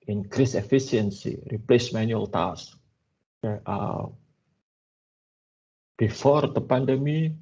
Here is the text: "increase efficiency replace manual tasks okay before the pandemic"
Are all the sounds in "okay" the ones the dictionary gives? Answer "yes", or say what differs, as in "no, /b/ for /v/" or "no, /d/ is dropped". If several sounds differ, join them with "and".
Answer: no, /k/ is dropped